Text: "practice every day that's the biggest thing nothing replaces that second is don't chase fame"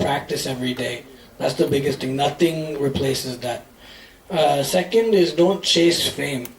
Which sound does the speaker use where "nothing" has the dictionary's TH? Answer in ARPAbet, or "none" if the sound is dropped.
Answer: TH